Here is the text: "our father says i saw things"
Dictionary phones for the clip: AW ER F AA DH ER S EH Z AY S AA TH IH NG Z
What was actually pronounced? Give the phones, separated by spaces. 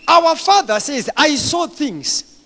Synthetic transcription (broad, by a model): AW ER F AA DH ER S EH Z AY S AA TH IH NG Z